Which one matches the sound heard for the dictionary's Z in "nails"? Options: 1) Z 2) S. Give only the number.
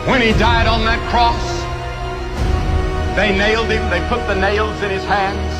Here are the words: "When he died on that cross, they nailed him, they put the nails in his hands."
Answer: 1